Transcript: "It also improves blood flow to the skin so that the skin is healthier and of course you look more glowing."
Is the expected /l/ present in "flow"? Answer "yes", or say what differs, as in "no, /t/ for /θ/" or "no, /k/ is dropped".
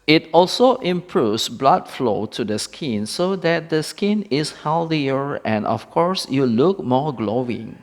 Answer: yes